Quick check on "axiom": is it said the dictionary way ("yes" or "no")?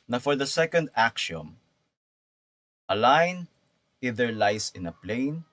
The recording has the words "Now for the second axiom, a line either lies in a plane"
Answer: no